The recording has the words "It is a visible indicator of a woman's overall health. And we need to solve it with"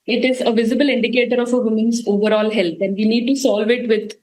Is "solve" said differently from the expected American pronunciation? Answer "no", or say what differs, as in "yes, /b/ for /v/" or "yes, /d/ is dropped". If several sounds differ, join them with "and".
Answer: no